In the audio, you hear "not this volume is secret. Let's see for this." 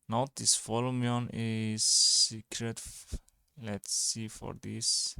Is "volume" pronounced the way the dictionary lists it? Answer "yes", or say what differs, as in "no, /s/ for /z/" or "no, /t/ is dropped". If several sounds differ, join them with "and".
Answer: no, /f/ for /v/